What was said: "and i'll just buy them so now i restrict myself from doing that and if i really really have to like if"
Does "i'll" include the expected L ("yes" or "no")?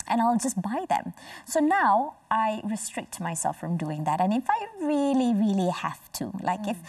yes